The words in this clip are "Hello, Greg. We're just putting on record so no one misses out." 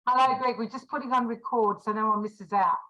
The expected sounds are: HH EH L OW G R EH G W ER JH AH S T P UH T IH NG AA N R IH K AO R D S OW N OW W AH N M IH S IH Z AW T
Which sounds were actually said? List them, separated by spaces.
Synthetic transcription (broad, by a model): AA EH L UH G R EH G W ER JH AH S P UH T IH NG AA N R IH K AO R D S OW N OW W AH N M IH S IH Z AW T